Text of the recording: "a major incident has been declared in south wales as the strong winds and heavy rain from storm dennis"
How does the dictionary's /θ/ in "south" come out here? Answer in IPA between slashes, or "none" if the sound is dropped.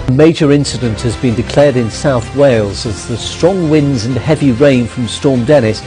/θ/